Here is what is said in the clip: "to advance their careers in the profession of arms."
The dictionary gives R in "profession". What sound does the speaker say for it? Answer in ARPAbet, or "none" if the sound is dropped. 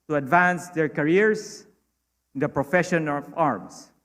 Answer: R